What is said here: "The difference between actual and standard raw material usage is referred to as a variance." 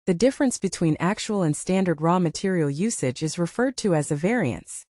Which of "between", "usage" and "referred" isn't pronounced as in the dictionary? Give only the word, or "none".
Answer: none